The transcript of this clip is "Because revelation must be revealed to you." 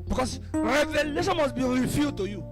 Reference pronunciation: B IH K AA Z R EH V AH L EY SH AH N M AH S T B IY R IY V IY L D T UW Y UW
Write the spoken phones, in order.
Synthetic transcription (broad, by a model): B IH K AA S R EH V AH L EY SH AH N M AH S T B IY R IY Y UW D T UW Y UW